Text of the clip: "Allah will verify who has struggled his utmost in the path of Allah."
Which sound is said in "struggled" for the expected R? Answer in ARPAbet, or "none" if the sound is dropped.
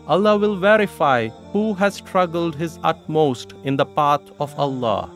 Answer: R